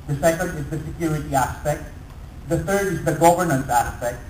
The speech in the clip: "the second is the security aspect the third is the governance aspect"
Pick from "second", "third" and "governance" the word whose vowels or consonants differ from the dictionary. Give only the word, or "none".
third